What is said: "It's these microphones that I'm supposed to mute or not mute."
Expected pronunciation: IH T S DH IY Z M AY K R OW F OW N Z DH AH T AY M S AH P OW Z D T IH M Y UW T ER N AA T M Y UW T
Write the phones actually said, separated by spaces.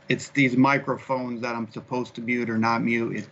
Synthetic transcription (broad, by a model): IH T S DH IY Z M AY K R OW F OW N Z DH AH T AY M S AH P OW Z T IH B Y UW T ER N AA T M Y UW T